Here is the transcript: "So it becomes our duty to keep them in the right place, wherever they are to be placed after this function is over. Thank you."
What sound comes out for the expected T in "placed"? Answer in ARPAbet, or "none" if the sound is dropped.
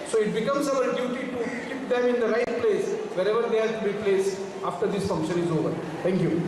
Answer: none